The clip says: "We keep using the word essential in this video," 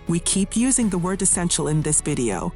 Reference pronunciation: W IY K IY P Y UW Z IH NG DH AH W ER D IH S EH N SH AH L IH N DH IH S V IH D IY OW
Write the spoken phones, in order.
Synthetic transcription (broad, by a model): W IY K IY P Y UW Z IH NG DH AH W ER D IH S EH N SH L IH N DH IH S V IH D IY OW